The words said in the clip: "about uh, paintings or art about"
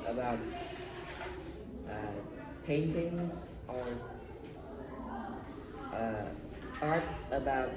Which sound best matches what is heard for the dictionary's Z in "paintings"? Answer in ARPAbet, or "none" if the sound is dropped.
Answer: Z